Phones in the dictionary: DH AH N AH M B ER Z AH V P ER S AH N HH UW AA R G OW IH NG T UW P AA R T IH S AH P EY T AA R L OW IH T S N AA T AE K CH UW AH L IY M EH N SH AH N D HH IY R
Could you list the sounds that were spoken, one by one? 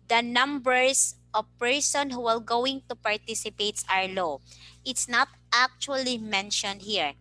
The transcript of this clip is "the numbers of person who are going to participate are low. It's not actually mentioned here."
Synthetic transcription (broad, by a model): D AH N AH M B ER S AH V P ER S AH N HH UW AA L G OW IH NG T UW P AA R T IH S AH P EY T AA R L OW IH T S N AA T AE K CH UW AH L IY M EH N SH AH N D HH IY R